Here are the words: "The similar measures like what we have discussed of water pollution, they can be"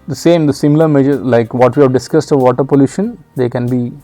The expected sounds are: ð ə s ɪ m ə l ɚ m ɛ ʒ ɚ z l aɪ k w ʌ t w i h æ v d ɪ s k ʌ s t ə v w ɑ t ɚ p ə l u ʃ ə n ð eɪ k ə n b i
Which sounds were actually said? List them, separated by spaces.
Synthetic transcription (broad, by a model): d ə s ɪ m ə l ɚ m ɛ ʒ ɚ l aɪ k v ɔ t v i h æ v d ɪ s k ʌ s t ə v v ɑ t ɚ p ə l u ʃ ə n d eɪ k ə n b i